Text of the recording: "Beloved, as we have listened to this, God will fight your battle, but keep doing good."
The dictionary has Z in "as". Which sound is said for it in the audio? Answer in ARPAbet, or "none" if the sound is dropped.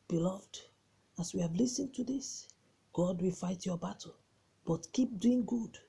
S